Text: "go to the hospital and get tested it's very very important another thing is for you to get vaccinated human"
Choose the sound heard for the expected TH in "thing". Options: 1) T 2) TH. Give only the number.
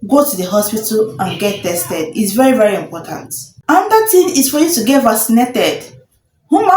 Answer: 1